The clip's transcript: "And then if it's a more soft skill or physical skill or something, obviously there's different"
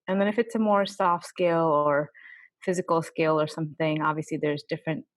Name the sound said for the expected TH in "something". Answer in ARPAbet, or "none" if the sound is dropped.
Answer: TH